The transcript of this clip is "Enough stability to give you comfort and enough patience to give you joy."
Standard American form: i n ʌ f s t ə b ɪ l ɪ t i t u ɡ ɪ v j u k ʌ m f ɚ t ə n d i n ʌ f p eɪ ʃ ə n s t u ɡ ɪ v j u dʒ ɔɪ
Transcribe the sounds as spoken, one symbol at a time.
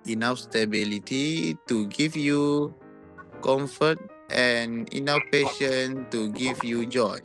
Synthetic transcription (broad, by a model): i n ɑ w s t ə b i l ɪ t i t u ɡ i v j u k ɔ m f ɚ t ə n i n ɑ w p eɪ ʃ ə n t u ɡ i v j u dʒ ɔɪ